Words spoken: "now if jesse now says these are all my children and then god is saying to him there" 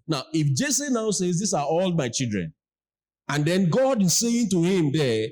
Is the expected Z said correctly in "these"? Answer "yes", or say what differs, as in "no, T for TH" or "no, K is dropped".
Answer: no, S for Z